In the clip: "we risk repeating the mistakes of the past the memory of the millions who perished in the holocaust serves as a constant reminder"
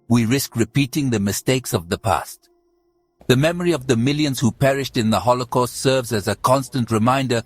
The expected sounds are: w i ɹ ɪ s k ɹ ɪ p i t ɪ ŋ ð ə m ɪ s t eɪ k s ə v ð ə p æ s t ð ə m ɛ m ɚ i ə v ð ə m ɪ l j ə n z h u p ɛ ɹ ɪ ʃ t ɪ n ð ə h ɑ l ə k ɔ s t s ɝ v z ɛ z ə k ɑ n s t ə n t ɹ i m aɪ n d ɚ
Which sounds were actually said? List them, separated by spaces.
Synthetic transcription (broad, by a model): w i ɹ ɪ s k ɹ ɪ p i t ɪ ŋ ð ə m ɪ s t eɪ k s ə v ð ə p æ s t ð ə m ɛ m ɚ i ə v ð ə m ɪ l j ə n z h u p ɛ ɹ ɪ ʃ t ɪ n ð ə h ɑ l ə k ɔ s t s ɝ v z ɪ z ə k ɑ n s t ə n t ɹ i m aɪ n d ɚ